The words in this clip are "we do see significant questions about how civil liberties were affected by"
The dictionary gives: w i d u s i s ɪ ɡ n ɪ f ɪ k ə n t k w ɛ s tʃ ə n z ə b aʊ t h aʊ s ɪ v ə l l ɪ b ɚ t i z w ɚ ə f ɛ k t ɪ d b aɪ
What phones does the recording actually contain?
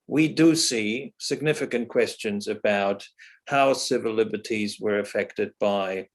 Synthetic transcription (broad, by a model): w i d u s i s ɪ ɡ n ɪ f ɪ k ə n k w ɛ s tʃ ə n z ə b aʊ t h aʊ s ɪ v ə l l ɪ b ɚ t i z w ɚ ə f ɛ k t ɪ d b aɪ